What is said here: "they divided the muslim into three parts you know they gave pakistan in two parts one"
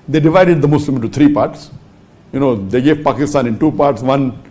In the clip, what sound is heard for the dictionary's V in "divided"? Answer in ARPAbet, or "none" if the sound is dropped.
V